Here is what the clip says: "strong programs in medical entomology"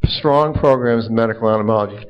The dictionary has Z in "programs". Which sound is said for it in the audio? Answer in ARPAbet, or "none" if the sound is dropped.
Z